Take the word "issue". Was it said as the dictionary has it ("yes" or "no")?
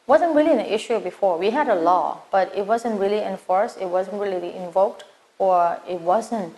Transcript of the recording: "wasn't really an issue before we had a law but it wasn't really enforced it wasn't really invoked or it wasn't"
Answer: yes